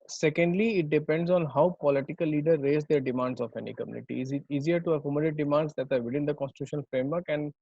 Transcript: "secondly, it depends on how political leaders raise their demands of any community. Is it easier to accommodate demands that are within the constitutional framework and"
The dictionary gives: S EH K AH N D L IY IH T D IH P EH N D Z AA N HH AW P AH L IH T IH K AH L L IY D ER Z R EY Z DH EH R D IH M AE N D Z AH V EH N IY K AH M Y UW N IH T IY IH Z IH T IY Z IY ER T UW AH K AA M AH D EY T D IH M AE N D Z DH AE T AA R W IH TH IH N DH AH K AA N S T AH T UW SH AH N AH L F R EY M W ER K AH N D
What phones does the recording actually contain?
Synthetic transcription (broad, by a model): S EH K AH N D L IY IH T D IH P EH N D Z AA N HH AW P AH L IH T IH K AH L L IY D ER R EY Z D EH R D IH M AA N D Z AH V EH N IY K AH M Y UW N IH T IY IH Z IH T IY Z IY ER T UW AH K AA M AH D EY T D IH M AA N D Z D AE T AA R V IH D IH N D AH K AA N S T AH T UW SH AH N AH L F R EY M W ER K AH N D